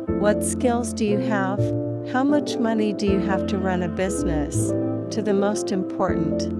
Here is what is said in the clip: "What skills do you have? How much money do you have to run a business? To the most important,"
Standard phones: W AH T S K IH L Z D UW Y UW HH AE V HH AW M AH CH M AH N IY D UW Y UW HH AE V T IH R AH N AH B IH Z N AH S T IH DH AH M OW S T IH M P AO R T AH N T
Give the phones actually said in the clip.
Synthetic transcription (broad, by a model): W AH T S K IH L Z D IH Y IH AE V HH AW M AH CH M AH N IY D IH Y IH HH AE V T IH R AH N AH B IH Z N AH S T IH DH AH M OW S T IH M P AO R T N T